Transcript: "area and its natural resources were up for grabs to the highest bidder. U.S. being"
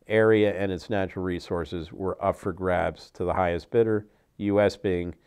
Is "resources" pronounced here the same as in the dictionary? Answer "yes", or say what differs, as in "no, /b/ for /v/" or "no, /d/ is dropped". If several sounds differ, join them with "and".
yes